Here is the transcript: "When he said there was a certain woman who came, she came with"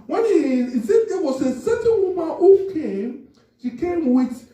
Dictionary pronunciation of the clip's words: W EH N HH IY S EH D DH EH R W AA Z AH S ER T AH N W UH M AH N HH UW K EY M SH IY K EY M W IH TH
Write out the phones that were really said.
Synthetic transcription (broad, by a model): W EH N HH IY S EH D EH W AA S AH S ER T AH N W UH M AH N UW K EY M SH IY K EY M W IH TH